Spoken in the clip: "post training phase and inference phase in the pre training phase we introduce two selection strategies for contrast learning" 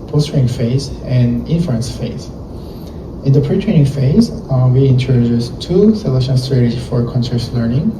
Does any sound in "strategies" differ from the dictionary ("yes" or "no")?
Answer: yes